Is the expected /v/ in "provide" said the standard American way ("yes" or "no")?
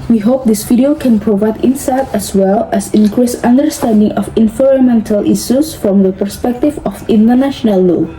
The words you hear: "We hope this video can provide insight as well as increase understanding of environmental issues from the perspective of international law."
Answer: yes